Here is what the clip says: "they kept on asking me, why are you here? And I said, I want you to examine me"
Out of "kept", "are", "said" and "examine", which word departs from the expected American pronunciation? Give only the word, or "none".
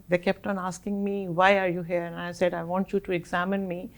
none